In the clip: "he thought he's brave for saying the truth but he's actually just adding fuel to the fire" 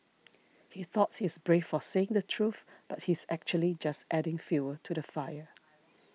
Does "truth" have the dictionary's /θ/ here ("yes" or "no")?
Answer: yes